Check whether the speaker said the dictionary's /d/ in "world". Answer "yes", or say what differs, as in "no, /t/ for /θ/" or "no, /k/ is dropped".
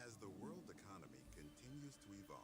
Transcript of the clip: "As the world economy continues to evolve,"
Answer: yes